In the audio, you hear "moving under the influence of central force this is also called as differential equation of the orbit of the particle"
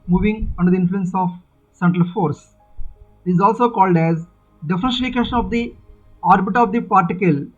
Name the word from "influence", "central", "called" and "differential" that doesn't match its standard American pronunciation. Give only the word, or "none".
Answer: differential